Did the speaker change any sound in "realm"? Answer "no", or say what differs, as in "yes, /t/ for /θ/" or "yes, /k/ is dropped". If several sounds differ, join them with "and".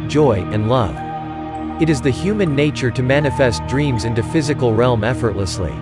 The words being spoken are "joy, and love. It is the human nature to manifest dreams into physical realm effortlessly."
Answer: no